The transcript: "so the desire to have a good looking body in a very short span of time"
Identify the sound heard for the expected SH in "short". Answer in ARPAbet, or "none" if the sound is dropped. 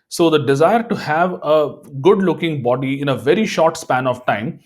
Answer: SH